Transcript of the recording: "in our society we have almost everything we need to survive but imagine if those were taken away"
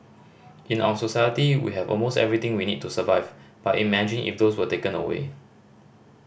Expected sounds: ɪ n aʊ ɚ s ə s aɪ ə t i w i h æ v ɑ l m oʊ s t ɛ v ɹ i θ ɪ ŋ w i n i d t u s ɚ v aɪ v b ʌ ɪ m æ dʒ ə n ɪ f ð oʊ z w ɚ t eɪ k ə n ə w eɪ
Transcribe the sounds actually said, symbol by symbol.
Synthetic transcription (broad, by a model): ɪ n aʊ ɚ s ə s aɪ ə t i w i h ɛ v ɑ l m oʊ s t ɛ v ɹ i t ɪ ŋ w i n i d t u s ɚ v aɪ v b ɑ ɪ m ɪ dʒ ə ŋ ɪ f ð oʊ s w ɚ t eɪ k ə n ə w eɪ